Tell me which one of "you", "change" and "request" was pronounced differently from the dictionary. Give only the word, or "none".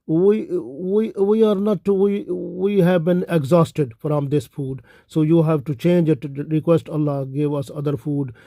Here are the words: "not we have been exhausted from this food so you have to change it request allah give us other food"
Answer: none